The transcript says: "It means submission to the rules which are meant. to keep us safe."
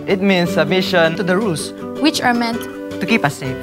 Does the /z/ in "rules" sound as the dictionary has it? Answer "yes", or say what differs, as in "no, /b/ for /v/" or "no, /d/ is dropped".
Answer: no, /s/ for /z/